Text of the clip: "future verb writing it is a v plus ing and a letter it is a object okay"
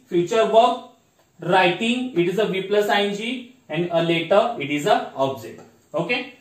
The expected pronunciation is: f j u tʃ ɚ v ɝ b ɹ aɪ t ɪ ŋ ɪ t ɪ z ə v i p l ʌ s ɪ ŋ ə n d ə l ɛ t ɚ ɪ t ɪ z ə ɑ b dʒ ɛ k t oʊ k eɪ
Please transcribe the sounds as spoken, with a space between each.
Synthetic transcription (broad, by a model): f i tʃ ɚ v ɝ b ɹ aɪ t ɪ ŋ ɪ t ɪ z ə v i p l ʌ s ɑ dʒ ə n d ə l ɛ t ɚ ɪ t ɪ z ə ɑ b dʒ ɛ t oʊ k eɪ